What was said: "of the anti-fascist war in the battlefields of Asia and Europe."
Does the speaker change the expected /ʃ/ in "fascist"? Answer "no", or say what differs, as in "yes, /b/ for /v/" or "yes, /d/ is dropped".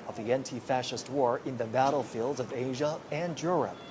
no